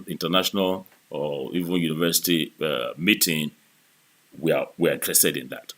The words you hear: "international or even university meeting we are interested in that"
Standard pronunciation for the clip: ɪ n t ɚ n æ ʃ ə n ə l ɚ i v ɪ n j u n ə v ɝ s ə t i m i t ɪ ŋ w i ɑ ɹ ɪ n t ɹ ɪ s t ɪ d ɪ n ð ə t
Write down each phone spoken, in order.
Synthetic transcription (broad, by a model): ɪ n t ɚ n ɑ ʃ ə n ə l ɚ i v ɪ n j u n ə v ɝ s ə t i m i t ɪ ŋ w i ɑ w ɪ n t ɹ ɪ s t ɪ d ɪ n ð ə t